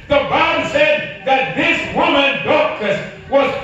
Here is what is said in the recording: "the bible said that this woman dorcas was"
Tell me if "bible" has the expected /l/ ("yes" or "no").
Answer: no